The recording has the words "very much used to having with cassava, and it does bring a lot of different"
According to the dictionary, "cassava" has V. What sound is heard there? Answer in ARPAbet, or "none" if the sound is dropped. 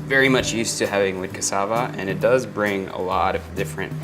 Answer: V